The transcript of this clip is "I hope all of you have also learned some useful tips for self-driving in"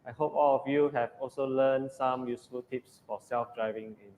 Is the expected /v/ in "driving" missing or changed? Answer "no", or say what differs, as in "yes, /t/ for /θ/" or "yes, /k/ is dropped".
no